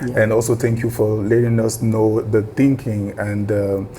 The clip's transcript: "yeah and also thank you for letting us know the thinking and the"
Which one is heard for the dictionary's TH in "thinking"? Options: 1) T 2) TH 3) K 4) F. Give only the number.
1